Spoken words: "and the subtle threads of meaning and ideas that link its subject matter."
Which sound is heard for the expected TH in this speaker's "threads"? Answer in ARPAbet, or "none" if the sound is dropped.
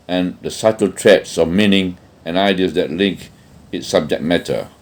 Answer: T